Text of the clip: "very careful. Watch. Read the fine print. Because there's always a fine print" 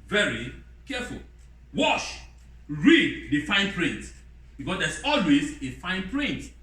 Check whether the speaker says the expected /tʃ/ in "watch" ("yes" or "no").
no